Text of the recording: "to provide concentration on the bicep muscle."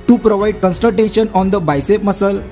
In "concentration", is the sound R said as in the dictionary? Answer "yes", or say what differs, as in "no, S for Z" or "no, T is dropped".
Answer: no, R is dropped